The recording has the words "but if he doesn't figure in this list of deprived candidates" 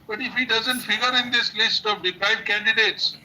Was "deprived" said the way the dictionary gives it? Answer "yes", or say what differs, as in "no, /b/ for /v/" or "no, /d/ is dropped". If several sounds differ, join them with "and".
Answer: no, /v/ is dropped